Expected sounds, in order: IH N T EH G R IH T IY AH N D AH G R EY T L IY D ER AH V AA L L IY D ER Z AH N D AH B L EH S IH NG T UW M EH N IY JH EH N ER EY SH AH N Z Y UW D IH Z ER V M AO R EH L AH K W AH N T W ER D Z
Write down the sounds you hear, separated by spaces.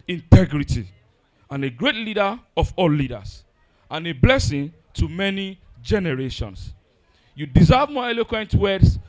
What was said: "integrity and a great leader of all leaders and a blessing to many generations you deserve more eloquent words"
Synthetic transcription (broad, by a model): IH N T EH G R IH T IY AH N AH G R EY T L IY D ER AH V AA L L IY D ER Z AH N AH B L EH S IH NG T UW M EH N IY JH EH N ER EY SH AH N S Y UW D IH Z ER V M AO EH L AH K W AH N T W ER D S